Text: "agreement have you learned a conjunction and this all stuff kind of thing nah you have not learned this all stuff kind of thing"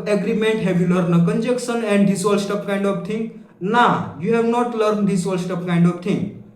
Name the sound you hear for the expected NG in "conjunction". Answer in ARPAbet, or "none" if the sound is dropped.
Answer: none